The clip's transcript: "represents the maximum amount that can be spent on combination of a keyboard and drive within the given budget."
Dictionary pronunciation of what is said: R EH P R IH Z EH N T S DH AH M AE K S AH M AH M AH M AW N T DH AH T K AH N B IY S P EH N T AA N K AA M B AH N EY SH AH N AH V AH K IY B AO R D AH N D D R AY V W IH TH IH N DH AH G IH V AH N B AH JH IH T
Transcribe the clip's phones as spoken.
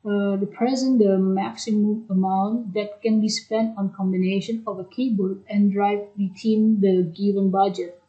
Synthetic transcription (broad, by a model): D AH P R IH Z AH N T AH M AE K S AH M AH M AH M AW N T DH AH T K AH N B IY S P EH N T AA N K AA M B AH N EY SH AH N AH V AH K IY B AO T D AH N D D R AY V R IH T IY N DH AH G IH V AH N B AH JH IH T